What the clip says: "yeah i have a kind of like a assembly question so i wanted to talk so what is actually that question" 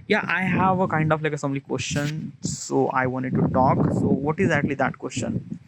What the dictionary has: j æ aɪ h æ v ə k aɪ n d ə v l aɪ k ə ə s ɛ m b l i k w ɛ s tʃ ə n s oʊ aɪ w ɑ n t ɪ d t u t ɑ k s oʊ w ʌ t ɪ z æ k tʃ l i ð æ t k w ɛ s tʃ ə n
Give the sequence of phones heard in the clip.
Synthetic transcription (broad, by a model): j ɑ aɪ h æ v ə k aɪ n d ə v l aɪ k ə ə s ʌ m l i k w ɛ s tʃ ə n s oʊ aɪ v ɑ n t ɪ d t u t ɑ k s oʊ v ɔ t ɪ z æ k tʃ l i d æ t k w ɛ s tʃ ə n